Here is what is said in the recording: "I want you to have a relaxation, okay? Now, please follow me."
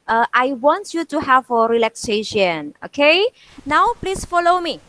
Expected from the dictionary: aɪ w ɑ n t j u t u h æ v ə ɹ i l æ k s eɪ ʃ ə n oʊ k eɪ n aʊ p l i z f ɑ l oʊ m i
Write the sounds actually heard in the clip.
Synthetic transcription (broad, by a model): aɪ w ɑ n t j u t u h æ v ə ɹ i l æ k s eɪ ʃ ə n oʊ k eɪ n aʊ p l i s f ɑ l oʊ m i